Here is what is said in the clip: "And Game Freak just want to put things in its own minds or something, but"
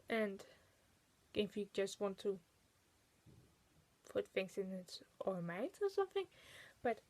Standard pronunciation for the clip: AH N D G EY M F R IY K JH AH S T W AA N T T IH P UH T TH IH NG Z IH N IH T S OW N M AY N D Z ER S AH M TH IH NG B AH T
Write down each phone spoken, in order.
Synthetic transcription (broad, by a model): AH N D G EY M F IY JH AH S T W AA N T T IH P UH T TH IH NG S IH N IH T S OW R M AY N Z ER S AH M TH IH NG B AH T